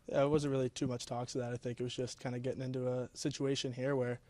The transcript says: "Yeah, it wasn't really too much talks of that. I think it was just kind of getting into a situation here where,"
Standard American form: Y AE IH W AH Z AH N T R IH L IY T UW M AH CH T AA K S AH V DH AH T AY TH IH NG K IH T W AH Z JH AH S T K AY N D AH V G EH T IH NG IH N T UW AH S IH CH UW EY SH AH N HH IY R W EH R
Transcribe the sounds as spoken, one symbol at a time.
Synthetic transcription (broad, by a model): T W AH Z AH N T R IH L IY T UW M AH CH T AA K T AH DH AH T AY TH IH NG K IH T W AH Z JH AH S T K AY N D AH G EH T IH NG IH N T UW AH S IH CH UW EY SH AH N HH IY R W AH R